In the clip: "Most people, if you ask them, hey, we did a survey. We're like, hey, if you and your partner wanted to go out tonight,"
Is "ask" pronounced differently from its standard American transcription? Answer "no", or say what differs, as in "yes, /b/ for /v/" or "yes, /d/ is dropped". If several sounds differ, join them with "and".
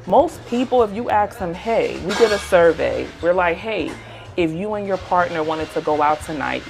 yes, /s/ is dropped